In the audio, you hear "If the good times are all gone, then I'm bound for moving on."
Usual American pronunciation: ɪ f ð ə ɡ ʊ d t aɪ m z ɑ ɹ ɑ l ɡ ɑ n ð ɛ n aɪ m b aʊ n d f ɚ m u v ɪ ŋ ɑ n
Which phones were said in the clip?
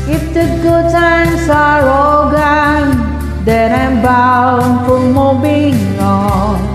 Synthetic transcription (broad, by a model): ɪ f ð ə ɡ ʊ d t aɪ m s ɑ ɹ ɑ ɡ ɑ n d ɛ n aɪ m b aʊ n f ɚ m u b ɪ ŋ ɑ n